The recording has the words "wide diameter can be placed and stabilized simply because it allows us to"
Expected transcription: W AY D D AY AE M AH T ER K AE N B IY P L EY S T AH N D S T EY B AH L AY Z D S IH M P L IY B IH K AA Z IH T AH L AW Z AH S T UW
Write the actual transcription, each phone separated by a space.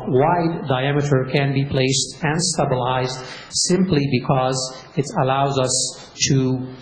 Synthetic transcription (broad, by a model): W AY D D AY AE M AH T ER K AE N B IY P L EY S T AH N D S T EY B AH L AY Z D S IH M P L IY B IH K AA Z IH T AH L AW Z AH S T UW